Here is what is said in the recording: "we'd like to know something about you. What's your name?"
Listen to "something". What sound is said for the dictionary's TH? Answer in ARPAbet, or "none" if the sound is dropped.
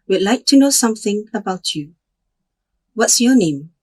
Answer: TH